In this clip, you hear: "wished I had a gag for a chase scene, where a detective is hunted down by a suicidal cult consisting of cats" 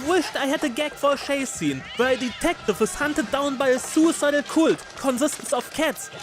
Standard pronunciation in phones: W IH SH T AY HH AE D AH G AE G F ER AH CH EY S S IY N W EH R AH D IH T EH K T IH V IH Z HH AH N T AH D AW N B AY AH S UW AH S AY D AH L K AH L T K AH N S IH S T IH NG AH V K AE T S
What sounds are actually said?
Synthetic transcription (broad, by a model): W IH SH T AY HH AE D AH G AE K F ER AH SH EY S S IY N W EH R AH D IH T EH K T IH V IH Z HH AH N T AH D AW N B AY AH S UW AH S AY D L K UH L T K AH N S IH S T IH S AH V K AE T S